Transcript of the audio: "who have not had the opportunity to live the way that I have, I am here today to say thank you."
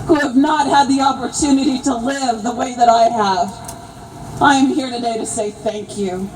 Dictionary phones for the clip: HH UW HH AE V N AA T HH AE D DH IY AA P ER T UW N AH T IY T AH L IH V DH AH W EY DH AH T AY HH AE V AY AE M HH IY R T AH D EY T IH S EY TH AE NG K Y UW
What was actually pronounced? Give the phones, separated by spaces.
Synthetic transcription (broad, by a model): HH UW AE V N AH T HH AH D DH IY AA P ER T UW N AH T IY T AH L IH V DH AH W EY DH AH T AY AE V AY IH M HH IY R T AH D EY T IH S EY TH AE NG K Y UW